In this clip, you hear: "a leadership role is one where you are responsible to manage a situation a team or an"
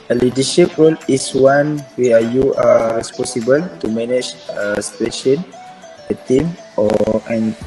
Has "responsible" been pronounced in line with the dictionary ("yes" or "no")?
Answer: no